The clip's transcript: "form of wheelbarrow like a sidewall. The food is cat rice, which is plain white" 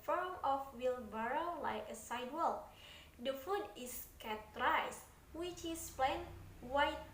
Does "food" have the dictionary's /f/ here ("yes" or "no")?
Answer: yes